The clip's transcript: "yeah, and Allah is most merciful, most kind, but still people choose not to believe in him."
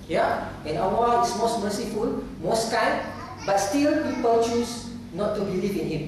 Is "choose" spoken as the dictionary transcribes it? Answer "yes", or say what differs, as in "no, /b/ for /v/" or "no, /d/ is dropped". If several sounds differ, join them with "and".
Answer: no, /s/ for /z/